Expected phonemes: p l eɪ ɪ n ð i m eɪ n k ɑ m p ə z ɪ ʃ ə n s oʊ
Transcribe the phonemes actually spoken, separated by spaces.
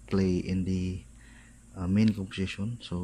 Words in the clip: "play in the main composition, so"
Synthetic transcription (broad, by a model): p l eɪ ɪ n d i m eɪ n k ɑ p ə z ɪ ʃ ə n s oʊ